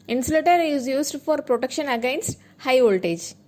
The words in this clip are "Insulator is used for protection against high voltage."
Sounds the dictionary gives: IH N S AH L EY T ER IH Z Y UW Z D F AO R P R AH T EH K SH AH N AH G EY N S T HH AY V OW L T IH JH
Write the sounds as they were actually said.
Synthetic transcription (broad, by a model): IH N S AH L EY T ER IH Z Y UW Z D F AO R P R AH T EH K SH AH N AH G EY N S T HH AY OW L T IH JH